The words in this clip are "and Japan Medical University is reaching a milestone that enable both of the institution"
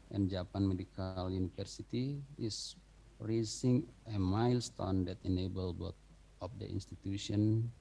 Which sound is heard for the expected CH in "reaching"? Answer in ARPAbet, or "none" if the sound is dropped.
S